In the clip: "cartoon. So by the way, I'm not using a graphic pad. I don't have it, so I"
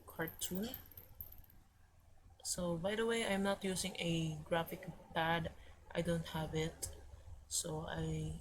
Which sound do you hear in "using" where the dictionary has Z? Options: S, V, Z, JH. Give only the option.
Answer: S